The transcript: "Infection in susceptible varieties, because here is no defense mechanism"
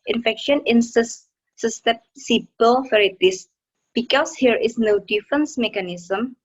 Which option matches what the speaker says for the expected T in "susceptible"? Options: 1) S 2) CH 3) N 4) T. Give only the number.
1